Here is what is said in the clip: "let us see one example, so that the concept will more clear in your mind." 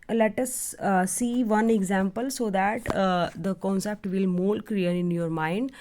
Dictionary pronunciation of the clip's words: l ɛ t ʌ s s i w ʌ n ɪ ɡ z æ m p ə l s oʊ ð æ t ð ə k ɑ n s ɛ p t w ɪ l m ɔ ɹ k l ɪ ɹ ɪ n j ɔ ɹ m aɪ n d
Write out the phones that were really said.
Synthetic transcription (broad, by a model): l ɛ t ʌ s s i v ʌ n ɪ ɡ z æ m p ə l s oʊ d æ t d ə k ɑ n s ɛ p t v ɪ l m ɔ l k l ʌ ɹ ɪ n j ɔ ɹ m aɪ n d